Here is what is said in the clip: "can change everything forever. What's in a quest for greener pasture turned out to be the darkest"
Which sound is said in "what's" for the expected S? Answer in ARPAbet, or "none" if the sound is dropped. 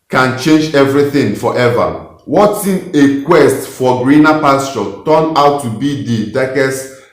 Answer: none